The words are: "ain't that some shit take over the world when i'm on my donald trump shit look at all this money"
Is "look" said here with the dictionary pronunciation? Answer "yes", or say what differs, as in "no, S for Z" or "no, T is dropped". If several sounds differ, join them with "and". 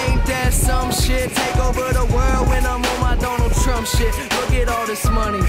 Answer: no, W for L